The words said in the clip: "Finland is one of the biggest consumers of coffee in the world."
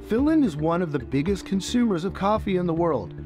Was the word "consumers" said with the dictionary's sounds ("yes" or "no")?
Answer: yes